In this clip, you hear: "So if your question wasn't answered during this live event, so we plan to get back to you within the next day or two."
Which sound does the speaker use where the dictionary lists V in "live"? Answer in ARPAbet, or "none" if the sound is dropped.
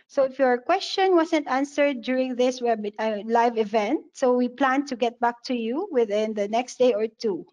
V